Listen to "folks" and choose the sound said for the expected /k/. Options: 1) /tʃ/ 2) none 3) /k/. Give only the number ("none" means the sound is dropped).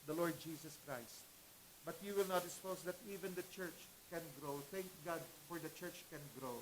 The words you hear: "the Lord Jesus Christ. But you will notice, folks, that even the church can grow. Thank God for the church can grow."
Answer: 2